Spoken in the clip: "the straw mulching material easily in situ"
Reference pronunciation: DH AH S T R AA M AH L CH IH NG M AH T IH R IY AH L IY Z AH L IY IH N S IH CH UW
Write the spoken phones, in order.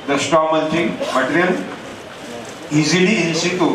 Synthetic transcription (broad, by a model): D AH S T AA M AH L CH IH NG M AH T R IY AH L IY Z AH L IY IH N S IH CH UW